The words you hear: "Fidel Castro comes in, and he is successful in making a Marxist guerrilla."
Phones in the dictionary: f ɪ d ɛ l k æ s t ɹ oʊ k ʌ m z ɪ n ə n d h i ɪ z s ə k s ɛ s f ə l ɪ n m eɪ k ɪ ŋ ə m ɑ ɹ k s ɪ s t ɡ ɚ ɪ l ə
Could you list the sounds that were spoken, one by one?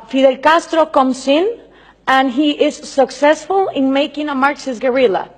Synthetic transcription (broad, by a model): f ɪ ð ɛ l k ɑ s t ɹ oʊ k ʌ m s ɪ n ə n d h i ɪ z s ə k s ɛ s f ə l ɪ n m eɪ k ɪ ŋ ə m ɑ ɹ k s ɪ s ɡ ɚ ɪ l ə